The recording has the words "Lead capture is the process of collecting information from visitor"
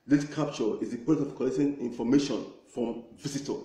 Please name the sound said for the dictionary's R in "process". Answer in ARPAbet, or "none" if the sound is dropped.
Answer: none